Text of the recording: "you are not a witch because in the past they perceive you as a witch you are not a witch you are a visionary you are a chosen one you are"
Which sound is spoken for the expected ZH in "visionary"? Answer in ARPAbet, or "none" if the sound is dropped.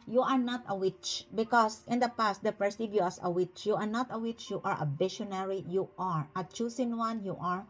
SH